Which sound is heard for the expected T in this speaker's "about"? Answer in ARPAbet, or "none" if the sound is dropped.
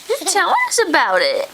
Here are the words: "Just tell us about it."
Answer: T